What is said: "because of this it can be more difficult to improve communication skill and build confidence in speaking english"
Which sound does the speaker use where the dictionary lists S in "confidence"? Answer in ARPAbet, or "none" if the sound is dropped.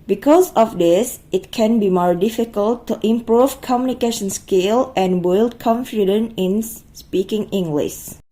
none